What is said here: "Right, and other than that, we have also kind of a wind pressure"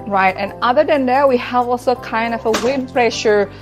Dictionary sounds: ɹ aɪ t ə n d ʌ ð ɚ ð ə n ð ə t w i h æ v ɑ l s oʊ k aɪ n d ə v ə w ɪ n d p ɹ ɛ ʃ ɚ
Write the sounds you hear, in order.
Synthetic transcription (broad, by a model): ɹ aɪ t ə n ʌ ð ɚ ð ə n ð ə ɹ w i h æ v ɑ l s oʊ k aɪ n d ə v ə w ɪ d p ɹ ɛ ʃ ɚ